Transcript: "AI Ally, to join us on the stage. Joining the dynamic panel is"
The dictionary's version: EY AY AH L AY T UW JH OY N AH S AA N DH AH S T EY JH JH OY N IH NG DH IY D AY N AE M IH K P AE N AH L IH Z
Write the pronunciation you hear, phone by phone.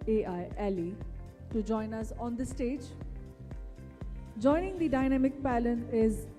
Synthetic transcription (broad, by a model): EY AY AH L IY T UW JH OY N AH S AA N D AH S T EY JH JH OY N IH NG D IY D AY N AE M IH K P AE L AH N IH Z